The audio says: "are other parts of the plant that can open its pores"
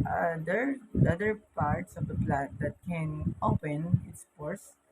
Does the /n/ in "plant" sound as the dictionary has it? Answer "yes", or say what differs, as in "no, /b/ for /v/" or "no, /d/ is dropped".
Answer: no, /n/ is dropped